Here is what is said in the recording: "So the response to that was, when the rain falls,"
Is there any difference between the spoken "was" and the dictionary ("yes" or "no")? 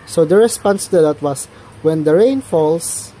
yes